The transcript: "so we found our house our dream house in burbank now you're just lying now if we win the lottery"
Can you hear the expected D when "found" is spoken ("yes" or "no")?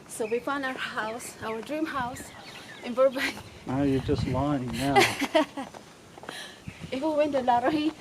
no